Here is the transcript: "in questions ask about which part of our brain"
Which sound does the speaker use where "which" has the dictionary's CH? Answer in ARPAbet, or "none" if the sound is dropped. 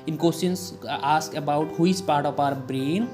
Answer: S